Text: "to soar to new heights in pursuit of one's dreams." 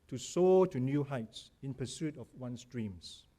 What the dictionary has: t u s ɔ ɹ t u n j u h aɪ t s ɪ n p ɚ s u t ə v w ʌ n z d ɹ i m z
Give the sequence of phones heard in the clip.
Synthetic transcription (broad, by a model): t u s ɔ t u n j u h aɪ t s ɪ n p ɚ s u t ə f w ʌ n s d ɹ i m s